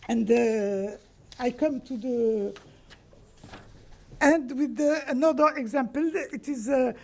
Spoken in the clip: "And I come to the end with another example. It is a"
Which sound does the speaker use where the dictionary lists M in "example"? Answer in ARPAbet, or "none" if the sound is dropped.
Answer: M